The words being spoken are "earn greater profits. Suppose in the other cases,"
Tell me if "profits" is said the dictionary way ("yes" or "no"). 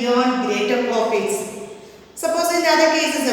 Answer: no